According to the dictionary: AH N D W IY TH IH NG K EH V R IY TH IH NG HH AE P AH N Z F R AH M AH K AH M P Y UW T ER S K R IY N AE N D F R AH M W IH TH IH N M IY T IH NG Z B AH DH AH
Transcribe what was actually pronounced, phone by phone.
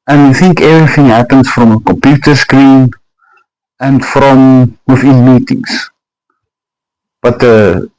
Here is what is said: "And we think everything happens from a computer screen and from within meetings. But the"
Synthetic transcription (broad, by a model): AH N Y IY TH IH NG K EH V R IY TH IH NG HH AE P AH N S F R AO M AH K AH M P Y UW T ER S K R IY N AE N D F R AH M W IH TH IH N M IY T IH NG S B AH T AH